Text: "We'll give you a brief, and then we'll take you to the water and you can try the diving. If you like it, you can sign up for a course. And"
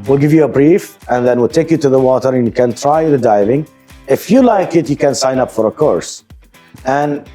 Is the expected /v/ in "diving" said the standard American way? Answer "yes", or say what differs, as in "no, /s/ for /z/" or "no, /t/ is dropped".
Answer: yes